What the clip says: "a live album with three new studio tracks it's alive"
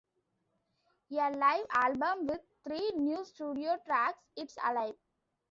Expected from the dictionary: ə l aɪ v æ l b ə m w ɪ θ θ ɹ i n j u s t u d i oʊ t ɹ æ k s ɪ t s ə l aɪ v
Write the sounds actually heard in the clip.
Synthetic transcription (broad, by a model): ə l aɪ v æ l b ə m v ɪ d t ɹ i n j u s t u d i oʊ t ɹ æ k s ɪ t s ə l aɪ v